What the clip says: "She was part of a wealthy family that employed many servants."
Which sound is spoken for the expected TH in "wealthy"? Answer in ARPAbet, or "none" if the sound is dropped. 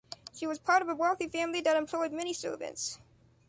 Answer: TH